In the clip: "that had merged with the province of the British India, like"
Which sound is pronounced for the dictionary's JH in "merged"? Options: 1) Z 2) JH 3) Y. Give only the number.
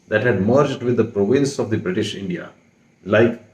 2